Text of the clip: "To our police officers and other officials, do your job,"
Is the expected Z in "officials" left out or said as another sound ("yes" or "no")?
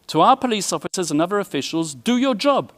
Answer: no